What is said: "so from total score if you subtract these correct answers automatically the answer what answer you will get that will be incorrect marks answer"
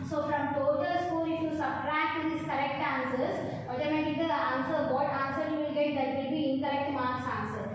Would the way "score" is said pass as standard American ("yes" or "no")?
no